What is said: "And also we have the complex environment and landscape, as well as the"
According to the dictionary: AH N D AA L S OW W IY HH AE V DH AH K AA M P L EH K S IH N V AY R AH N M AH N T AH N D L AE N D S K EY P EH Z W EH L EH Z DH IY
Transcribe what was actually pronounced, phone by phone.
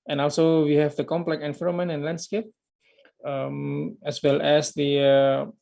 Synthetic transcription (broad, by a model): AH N AA L S OW W IY HH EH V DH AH K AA M P L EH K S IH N F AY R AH M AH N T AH N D L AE N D S K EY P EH S W EH L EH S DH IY